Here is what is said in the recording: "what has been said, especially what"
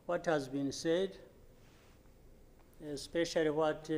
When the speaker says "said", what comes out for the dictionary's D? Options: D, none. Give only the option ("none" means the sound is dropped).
D